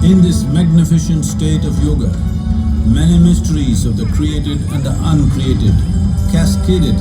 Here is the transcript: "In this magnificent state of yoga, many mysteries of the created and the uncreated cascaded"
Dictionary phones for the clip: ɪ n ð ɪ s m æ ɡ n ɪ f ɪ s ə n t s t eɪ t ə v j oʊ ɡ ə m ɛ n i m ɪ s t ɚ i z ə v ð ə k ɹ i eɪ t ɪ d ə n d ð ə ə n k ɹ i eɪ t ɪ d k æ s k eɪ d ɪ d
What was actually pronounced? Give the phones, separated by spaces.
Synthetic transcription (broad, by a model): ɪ n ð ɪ s m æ ɡ n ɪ f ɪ ʃ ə n t s t eɪ t ə v j oʊ ɡ ə m ɛ n i m ɪ s t ɚ i z ə v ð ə k ɹ i eɪ t ɪ d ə n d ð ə ə n k ɹ i eɪ t ɪ d k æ s k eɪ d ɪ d